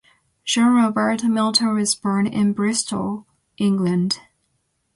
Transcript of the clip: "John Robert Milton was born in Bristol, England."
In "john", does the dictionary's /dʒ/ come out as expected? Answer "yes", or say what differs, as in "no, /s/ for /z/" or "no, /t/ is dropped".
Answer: no, /ʒ/ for /dʒ/